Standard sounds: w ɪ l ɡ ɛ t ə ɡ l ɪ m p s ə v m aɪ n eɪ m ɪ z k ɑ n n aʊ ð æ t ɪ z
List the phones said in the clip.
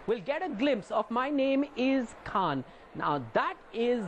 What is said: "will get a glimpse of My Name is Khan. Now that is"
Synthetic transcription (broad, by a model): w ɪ l ɡ ɛ t ə ɡ l ɪ m p s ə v m aɪ n eɪ m ɪ z k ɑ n n aʊ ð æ t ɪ z